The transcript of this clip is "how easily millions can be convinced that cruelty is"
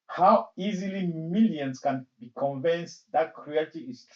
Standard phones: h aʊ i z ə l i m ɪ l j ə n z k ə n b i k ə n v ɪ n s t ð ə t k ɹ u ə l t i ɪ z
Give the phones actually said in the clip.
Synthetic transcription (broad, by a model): h aʊ i z ə l i m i l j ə n s k ə n b i k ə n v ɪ n s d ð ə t k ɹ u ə t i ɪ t